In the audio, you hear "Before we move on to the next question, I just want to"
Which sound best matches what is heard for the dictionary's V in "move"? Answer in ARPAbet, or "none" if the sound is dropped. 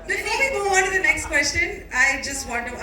none